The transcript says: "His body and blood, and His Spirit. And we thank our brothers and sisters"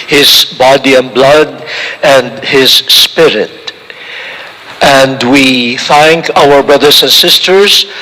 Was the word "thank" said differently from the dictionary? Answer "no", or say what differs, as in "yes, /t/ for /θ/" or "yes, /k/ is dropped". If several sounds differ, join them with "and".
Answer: no